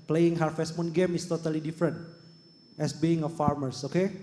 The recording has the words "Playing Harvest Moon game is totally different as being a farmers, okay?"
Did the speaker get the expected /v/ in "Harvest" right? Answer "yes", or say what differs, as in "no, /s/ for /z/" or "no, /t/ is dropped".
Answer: no, /f/ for /v/